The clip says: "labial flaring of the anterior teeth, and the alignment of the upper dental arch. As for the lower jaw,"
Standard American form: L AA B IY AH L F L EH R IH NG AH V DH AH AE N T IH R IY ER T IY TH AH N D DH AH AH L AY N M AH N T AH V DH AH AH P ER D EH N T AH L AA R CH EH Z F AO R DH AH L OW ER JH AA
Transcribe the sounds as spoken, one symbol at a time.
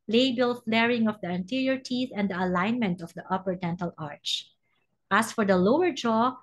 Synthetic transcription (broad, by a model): L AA B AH L F L EH R IH NG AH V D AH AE N T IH R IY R T IY TH AH N D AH AH L AY N M AH N T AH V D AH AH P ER D EH N T AH L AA R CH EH S F AO R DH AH L OW ER JH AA